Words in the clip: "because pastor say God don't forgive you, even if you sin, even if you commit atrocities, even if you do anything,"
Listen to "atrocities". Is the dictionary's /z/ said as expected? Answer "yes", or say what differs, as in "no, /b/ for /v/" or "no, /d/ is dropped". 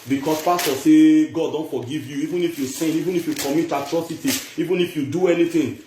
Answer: no, /z/ is dropped